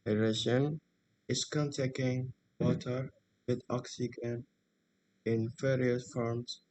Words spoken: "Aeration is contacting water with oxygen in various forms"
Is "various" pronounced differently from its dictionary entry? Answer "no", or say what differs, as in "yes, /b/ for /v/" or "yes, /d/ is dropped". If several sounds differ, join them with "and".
yes, /f/ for /v/ and /s/ is dropped